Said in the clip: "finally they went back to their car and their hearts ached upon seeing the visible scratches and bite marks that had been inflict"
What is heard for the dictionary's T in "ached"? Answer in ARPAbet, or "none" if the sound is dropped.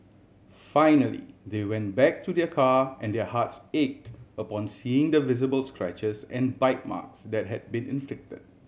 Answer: T